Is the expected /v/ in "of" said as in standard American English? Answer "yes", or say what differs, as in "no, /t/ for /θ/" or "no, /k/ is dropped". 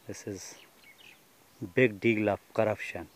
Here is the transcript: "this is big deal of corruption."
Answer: no, /f/ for /v/